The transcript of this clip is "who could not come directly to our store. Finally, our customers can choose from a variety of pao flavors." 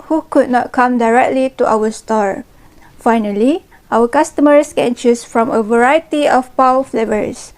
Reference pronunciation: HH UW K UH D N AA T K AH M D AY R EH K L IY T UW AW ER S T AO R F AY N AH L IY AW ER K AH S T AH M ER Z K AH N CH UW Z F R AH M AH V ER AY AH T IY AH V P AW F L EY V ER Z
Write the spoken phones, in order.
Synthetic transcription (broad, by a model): HH UW K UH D N AA T K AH M D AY R EH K L IY T UW AW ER S T AO R F AY N AH L IY AW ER K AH S T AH M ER S K AH N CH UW S F R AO M AH V ER AY AH T IY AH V P AW F L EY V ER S